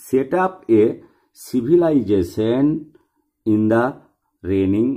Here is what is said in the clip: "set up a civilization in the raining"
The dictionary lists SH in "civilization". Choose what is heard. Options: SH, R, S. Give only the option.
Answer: S